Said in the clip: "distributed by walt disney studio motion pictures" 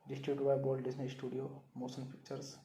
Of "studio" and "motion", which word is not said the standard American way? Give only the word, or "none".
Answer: motion